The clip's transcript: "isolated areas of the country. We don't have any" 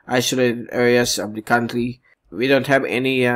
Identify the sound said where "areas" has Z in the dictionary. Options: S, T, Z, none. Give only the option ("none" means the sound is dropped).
S